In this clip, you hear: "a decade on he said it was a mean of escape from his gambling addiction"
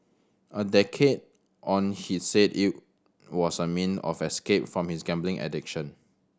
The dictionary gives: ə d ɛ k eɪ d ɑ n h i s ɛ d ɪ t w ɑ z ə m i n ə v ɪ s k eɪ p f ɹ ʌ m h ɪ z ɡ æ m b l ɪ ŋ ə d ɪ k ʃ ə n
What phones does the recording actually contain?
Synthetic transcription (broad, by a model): ə d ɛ k eɪ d ɑ n h i s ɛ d ɪ t w ɑ s ə m i n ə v ɪ s k eɪ p f ɹ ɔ m h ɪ s ɡ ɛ m b l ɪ ŋ ə d ɪ k ʃ ə n